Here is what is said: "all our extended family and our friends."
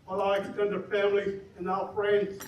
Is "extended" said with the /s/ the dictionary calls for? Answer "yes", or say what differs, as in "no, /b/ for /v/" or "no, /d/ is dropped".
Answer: no, /s/ is dropped